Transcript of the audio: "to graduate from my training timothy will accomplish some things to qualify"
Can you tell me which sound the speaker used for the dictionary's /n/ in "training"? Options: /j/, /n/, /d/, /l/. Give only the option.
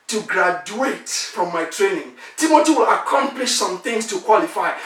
/n/